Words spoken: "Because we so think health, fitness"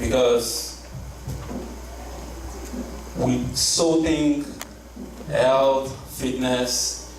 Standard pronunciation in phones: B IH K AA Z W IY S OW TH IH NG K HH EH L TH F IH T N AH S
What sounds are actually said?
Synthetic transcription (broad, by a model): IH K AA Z W IY S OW T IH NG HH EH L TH F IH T N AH S